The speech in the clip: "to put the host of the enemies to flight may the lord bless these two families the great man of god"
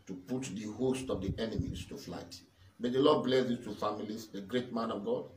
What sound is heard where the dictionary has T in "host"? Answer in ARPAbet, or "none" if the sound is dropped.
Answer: T